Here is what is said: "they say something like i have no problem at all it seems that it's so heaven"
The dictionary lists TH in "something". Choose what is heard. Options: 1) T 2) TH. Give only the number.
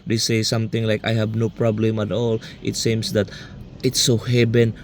1